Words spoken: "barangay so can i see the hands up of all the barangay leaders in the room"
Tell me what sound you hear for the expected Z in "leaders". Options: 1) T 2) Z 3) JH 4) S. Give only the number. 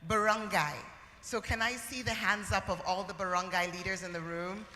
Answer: 2